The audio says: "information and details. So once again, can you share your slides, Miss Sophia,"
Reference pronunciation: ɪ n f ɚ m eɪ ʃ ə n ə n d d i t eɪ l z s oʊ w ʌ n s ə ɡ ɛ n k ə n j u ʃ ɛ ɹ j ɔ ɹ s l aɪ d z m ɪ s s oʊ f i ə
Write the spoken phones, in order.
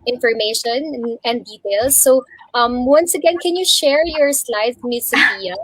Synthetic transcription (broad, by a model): ɪ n f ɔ m eɪ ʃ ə n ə n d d i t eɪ l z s oʊ w ʌ n s ə ɡ ɛ n k ə n j u ʃ ɛ ɹ j ɔ ɹ s l aɪ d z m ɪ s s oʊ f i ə